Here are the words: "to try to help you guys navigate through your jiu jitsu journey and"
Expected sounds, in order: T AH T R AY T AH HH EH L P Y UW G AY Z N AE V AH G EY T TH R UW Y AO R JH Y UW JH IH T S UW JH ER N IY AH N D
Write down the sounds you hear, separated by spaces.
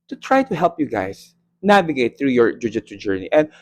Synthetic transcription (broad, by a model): T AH T R AY T AH HH EH L P Y UW G AY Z N AE V AH G EY T TH R UW Y AO R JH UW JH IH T UW JH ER N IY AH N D